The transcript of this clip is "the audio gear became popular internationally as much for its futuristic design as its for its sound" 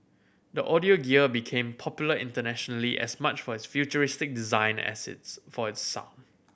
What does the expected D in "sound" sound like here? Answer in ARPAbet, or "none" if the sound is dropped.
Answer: none